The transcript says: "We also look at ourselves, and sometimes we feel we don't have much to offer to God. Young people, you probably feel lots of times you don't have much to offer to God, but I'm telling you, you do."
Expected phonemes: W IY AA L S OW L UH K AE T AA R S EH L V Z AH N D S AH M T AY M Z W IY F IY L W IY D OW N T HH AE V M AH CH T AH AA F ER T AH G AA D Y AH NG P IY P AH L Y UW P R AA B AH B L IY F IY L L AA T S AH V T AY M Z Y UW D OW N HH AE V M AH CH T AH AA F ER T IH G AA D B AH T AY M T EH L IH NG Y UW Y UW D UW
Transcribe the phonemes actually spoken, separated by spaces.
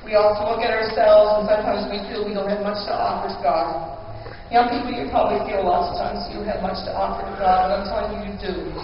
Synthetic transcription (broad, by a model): W IY AA L S OW L UH K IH T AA R S EH L V Z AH N S AH M T AY M Z W IY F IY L W IY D OW N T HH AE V M AH CH T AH AA F ER T AH G AA D Y AH NG P IY P L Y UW P R AA B AH B L IY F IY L L AA T S AH V T AY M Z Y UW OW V M AH CH T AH AA F ER T IH G AA D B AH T AY M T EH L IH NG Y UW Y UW D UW